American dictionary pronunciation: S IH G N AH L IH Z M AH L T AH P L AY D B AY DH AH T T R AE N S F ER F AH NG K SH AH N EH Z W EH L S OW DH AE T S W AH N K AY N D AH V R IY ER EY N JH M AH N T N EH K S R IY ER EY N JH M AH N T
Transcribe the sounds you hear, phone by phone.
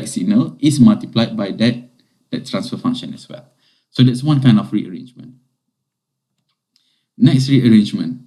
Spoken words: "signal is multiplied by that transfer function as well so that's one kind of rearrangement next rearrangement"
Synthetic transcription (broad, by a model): S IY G N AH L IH S M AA L T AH P L AY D B AY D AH T T R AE N S F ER F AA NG K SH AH N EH S W EH L S OW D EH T S W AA N K AY N D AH F R IY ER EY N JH M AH N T N EH K S R IY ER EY N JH M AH N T